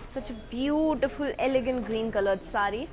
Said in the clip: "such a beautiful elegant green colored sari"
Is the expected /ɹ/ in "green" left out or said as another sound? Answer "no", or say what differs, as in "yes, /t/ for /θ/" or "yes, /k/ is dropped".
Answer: no